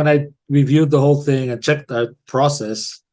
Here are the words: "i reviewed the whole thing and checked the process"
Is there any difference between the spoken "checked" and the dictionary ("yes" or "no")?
no